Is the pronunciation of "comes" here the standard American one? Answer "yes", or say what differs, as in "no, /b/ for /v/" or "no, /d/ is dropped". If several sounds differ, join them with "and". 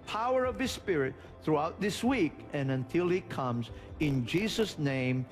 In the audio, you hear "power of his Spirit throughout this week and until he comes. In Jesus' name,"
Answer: yes